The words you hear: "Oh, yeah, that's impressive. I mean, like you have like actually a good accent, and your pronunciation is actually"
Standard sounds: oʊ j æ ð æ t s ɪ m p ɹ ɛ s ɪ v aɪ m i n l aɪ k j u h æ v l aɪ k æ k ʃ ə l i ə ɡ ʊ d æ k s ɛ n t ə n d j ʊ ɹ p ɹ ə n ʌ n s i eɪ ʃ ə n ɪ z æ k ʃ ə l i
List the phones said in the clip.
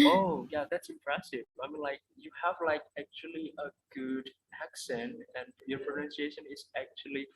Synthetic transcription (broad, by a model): oʊ j æ ð æ t s ɪ m p ɹ ɛ s ɪ v aɪ m i n l aɪ k j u h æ v l aɪ k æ k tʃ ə l i ə ɡ ʊ d æ k s ɛ n t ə n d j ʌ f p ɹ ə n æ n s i eɪ ʃ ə n ɪ z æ k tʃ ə l i